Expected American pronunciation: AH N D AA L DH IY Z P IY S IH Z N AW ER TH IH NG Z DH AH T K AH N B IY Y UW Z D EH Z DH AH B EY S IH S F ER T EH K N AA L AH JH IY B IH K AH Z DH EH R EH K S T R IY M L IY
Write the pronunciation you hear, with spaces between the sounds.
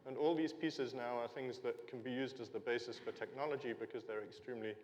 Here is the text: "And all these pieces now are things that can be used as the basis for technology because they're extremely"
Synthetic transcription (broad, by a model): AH N AA L DH IY Z P IY S IH Z N AW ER TH IH NG Z DH AH T K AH N B IY Y UW Z D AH Z DH AH B EY S IH S F ER T EH K N AA L AH JH IY B IH K AH Z DH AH R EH K S T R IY M L IY